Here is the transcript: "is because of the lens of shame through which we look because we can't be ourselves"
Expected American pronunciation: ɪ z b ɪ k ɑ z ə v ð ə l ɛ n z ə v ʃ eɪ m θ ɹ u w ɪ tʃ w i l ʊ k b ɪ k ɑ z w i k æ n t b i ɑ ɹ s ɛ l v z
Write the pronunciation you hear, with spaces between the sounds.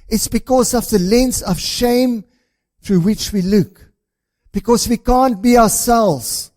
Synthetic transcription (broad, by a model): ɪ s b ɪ k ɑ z ə v ð ə l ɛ n s ə v ʃ eɪ m θ ɹ u w ɪ tʃ w i l ʊ k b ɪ k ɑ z w i k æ n t b i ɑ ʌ s ɛ l v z